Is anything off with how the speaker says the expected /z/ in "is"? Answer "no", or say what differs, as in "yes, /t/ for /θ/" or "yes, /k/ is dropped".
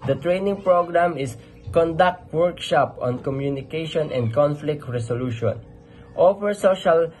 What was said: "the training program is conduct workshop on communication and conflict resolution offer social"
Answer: yes, /s/ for /z/